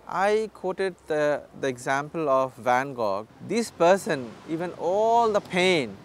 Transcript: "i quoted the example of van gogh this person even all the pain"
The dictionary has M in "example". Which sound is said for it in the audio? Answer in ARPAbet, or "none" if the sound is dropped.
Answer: M